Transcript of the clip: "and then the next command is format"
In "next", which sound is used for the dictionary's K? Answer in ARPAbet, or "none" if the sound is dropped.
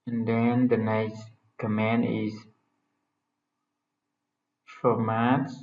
none